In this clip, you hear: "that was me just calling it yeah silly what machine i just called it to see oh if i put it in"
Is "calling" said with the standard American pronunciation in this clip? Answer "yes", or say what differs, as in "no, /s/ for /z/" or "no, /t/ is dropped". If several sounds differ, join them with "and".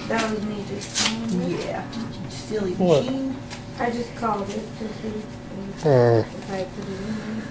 no, /l/ is dropped